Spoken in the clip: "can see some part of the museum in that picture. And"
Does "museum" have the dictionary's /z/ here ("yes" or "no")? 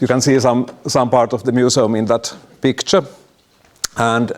no